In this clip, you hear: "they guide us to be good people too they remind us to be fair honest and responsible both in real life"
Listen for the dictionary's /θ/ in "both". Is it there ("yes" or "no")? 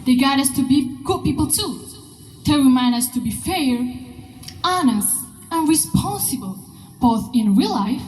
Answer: yes